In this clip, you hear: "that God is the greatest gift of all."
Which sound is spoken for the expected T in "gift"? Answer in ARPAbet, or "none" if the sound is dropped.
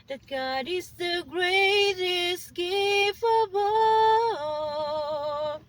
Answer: none